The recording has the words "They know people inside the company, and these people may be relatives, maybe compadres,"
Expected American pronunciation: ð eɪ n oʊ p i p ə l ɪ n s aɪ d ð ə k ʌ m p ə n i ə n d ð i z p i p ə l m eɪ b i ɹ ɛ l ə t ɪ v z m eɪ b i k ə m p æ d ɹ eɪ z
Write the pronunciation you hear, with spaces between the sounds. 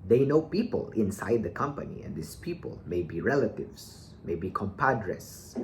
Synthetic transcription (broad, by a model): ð eɪ n oʊ p i p ə l ɪ n s aɪ d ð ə k ʌ m p ə n i ə n d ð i s p i p ə l m eɪ b i ɹ ɛ l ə t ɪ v s m eɪ b i k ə m p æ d ɹ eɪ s